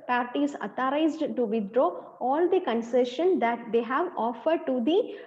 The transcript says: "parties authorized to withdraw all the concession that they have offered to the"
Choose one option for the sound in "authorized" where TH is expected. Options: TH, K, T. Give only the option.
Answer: T